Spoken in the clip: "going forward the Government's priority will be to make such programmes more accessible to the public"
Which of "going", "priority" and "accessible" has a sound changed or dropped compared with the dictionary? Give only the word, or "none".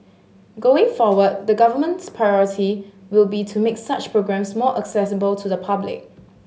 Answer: none